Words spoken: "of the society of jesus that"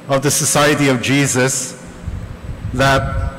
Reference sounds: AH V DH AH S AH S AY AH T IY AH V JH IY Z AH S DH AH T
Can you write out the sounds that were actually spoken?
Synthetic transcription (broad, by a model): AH V DH AH S AH S AY AH T IY AH V JH IY Z AH S DH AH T